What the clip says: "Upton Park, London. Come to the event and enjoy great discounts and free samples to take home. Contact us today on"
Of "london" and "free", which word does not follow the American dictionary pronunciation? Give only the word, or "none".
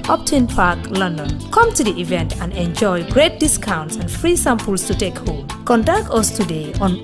none